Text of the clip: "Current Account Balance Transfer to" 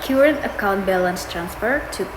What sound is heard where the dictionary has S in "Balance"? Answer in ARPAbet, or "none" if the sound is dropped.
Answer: S